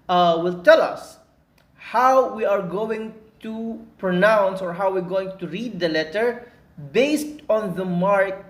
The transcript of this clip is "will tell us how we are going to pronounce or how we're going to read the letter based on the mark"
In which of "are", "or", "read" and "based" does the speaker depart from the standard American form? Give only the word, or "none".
none